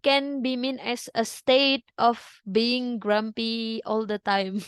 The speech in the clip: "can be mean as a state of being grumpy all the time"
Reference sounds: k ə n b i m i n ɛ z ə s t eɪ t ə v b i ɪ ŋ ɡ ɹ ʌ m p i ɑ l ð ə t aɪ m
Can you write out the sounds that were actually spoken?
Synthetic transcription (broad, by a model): k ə n b i m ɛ n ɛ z ə s t eɪ t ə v b i ɪ ŋ ɡ ɹ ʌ m p i ɑ l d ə t aɪ m